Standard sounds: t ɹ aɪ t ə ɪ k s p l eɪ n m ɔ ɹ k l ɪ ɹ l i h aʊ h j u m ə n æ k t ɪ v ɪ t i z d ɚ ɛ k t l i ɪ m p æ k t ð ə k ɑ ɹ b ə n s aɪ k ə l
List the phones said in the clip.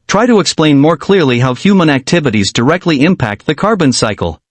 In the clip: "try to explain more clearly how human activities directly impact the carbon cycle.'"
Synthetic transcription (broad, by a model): t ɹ aɪ t ə ɪ k s p l eɪ n m ɔ ɹ k l ɪ ɹ l i h aʊ h j u m ə n æ k t ɪ v ɪ t i z d ɚ ɛ k t l i ɪ m p æ k t ð ə k ɑ ɹ b ə n s aɪ k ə l